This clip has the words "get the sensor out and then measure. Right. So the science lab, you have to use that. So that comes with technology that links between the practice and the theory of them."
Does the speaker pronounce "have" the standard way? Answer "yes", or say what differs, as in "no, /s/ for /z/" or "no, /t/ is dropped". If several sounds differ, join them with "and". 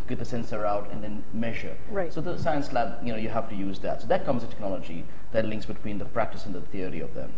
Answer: no, /f/ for /v/